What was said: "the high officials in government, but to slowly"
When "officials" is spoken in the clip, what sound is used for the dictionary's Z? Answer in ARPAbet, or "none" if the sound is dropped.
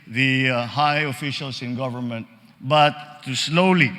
S